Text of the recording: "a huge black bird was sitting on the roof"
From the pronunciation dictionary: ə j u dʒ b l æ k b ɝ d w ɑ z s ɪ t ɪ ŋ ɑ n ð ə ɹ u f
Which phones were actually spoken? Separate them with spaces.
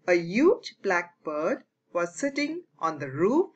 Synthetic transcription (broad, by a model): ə j u dʒ b l æ k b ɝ d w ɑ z s ɪ t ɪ ŋ ɑ n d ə ɹ u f